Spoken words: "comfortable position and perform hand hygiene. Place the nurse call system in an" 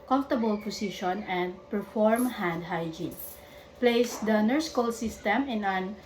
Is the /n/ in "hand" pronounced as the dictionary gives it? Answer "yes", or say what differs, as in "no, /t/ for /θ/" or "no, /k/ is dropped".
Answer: yes